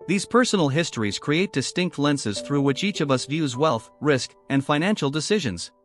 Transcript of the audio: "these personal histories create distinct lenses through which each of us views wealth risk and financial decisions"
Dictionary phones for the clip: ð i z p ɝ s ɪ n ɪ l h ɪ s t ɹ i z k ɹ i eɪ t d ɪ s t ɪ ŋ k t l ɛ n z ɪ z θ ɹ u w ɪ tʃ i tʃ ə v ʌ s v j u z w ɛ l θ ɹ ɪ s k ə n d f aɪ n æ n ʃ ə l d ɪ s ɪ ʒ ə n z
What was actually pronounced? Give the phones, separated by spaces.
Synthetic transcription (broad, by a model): ð i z p ɝ s n l h ɪ s t ɹ i z k ɹ i eɪ t d ɪ s t ɪ ŋ k t l ɛ n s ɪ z θ ɹ u w ɪ tʃ i tʃ ə v ʌ s v j u z w ɛ l θ ɹ ɪ s k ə n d f aɪ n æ n ʃ l d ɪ s ɪ ʒ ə n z